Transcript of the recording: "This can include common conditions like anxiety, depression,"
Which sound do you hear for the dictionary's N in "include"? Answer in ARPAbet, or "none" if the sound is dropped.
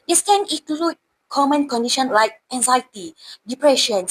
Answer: none